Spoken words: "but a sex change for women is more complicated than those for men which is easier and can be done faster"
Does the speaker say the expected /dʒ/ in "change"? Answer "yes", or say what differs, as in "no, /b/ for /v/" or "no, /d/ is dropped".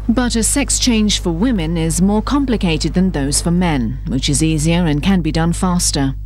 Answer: no, /ʒ/ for /dʒ/